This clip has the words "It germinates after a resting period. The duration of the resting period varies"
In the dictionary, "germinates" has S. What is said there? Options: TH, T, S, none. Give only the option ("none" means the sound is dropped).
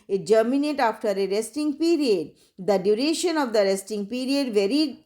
none